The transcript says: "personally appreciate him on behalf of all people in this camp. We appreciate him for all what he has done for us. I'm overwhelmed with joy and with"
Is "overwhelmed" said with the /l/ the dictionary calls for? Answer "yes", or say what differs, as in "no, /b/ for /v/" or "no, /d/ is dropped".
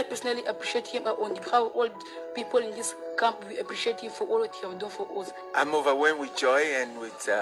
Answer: no, /l/ is dropped